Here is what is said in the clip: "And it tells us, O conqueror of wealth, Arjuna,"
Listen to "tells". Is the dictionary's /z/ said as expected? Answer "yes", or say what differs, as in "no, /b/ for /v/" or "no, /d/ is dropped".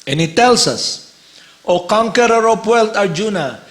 no, /s/ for /z/